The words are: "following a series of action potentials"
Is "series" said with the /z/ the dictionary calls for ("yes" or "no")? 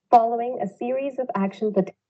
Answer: yes